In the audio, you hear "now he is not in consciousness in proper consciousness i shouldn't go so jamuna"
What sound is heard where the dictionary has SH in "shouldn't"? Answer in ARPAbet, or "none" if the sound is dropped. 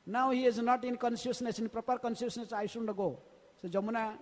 S